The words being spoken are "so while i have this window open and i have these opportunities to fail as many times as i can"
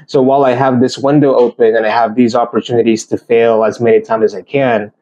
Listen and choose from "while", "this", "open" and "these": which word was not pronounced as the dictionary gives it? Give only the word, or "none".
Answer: none